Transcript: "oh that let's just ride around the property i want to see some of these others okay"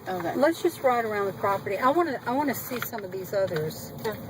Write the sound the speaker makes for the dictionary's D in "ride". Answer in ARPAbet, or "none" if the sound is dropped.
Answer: D